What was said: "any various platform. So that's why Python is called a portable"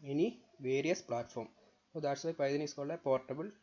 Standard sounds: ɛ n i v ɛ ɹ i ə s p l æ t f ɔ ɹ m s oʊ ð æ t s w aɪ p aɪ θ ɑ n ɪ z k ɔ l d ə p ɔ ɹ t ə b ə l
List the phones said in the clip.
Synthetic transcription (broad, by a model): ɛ n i v ɛ ɹ i ə s p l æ t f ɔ ɹ m s oʊ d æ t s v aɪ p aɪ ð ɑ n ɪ s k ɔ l ə p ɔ ɹ t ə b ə l